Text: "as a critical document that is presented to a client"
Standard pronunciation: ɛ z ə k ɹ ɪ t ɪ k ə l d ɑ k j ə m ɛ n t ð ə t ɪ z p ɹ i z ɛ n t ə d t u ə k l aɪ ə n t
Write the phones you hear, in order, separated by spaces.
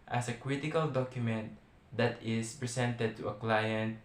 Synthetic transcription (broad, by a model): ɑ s ə k ɹ ɪ t ɪ k ə l d ɑ k j ə m ɛ n t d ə t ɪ s p ɹ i s ɛ n t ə d t u ə k l aɪ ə n t